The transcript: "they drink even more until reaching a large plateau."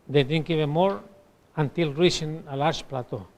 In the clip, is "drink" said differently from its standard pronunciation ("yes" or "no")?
yes